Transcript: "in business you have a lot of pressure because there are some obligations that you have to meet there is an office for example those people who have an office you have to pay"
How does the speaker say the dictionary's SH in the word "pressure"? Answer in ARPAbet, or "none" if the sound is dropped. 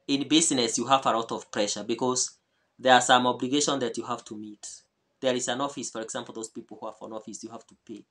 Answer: SH